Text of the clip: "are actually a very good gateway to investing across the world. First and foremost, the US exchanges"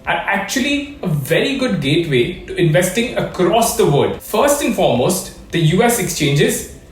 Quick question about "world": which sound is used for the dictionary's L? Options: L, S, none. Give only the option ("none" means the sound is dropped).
none